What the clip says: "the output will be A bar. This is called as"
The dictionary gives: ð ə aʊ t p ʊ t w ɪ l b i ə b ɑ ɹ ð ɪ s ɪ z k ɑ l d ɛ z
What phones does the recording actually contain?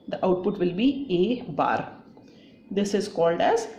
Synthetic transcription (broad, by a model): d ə aʊ t p ʊ t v ɪ l b i ə b ɑ ɹ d ɪ s ɪ z k ɑ l d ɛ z